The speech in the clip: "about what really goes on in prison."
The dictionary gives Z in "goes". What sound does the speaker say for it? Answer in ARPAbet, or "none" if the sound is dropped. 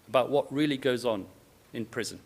Z